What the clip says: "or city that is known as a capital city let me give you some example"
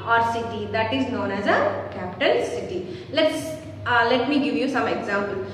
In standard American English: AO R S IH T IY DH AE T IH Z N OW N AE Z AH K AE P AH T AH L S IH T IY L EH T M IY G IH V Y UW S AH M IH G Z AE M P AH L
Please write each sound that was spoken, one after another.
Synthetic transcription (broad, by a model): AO R S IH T IY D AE T IH Z N OW N AE Z AH K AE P T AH N S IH T IY L EH T M IY G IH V Y UW S AH M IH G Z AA M P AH L